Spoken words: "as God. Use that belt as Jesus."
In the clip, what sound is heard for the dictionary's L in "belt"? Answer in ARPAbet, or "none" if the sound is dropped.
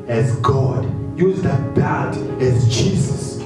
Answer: none